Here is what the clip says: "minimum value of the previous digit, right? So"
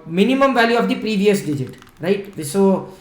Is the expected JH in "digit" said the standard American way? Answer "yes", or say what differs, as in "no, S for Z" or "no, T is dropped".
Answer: yes